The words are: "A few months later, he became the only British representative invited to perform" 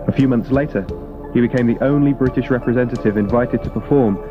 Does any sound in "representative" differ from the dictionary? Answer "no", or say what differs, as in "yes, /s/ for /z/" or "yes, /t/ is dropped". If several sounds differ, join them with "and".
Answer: no